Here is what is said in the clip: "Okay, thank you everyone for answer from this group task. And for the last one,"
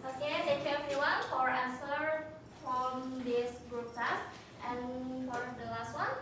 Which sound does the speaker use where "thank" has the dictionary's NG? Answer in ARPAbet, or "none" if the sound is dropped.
none